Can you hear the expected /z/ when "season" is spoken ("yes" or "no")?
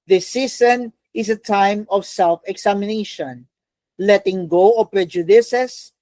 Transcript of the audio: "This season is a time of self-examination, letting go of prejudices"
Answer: no